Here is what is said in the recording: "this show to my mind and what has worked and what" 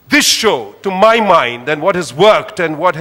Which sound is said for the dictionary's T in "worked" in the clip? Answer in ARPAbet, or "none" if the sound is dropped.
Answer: T